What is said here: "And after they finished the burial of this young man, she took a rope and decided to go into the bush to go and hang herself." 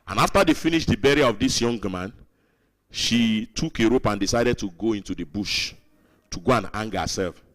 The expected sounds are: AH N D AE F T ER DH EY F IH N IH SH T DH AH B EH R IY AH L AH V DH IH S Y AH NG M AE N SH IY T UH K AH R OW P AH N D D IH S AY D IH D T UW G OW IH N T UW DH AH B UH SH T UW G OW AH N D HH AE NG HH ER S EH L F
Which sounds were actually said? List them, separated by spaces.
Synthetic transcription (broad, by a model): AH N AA F T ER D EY F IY N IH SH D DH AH B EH R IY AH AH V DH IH S Y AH NG M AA N SH IY T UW K AH R OW P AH N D D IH S AY D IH D T UW G OW IH N T UW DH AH B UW SH T UW G OW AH N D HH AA NG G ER S EH L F